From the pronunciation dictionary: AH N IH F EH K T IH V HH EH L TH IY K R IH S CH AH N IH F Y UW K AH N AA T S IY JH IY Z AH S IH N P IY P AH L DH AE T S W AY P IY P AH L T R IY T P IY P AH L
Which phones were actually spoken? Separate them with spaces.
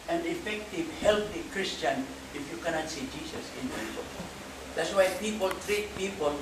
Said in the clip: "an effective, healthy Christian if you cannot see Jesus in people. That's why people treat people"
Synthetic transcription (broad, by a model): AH N IH F EH K T IH V HH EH L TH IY K R IH S CH AH N IH F Y UW K AH N AA T S IY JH IY S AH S IH N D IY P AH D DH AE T S W AY P IY P AH L T R IY T P IY P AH L